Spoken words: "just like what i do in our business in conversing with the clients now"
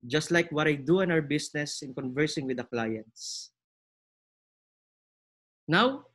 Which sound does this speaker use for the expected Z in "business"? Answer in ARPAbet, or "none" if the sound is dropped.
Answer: S